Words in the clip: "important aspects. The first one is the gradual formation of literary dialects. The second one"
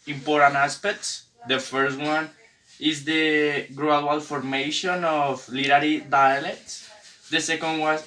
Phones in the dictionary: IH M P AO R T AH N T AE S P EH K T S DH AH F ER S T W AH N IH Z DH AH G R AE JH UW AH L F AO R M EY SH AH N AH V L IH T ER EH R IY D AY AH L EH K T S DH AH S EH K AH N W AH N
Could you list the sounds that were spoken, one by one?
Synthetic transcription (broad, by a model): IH M P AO R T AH N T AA S P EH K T S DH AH F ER S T W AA N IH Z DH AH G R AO UW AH L F AO R M EY SH AH N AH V L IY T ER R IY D AY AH L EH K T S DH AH S EH K AH N W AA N